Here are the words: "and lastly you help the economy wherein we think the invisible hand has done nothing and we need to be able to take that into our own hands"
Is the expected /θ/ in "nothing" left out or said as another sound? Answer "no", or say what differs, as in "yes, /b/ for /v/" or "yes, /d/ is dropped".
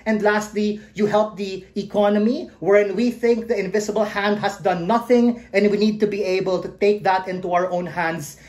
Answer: no